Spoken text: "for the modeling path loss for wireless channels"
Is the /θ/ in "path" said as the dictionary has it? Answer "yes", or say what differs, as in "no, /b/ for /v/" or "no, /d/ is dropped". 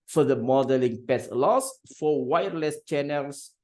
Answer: no, /s/ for /θ/